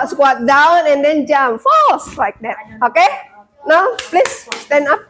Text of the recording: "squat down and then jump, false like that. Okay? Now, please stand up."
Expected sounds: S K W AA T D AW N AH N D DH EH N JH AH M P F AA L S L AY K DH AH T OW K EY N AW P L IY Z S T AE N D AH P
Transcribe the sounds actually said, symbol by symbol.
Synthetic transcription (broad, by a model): S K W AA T D AW N AH N D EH N JH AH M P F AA S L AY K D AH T OW K EY N AW P L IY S S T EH N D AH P